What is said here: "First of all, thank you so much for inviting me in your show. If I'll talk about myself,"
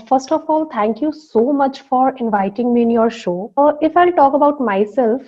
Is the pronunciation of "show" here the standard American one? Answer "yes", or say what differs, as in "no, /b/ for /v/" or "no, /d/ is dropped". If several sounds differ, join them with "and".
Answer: yes